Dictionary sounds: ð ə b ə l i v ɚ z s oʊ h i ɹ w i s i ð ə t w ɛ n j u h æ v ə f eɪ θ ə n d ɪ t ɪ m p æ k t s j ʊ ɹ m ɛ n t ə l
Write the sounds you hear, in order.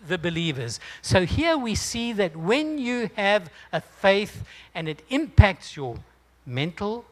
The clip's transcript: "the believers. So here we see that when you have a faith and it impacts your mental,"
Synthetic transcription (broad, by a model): ð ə b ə l i v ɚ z s oʊ h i ɹ w i s i ð ə t w ɛ n j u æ v ə f eɪ θ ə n ɪ t ɪ m p æ k t s j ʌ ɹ m ɛ n t l